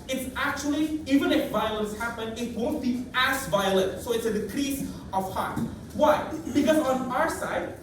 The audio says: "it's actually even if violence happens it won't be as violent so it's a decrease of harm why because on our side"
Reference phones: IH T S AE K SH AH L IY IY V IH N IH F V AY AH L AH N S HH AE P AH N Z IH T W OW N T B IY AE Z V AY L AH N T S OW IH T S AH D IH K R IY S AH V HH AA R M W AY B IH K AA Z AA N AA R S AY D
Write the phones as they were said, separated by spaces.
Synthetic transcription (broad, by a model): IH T S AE K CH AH L IY IY V IH N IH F V AY AH L AH N S HH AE P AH N IH T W OW N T B IY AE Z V AY L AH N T S OW IH T S AH D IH K R IY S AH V HH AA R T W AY B IH K AA Z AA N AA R S AY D